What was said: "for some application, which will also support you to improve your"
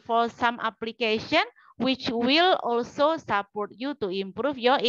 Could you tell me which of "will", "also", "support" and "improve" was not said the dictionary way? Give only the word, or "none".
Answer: improve